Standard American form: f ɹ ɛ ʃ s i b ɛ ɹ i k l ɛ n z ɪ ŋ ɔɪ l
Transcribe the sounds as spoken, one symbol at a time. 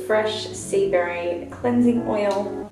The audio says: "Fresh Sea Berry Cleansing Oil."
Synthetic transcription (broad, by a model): f ɹ ɛ ʃ s i b ɛ ɹ i k l ɛ n z ɪ ŋ ɔɪ l